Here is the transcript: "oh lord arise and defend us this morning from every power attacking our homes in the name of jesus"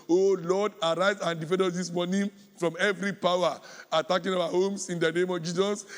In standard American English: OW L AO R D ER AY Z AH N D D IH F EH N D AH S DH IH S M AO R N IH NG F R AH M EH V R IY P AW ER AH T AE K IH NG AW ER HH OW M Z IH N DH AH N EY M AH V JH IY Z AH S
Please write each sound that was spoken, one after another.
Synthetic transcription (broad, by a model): OW L AO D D AY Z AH N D D IH F EH N D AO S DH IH S M AO N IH F R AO M EH V R IY P AW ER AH T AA K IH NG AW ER HH OW M S IH N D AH N EY M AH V JH IY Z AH S